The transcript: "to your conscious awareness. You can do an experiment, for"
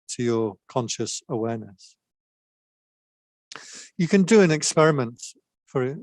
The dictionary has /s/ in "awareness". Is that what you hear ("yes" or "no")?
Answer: yes